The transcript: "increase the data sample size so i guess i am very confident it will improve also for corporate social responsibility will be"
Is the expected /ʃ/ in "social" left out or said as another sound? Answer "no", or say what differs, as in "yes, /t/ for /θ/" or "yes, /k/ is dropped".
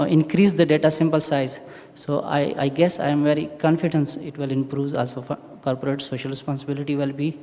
no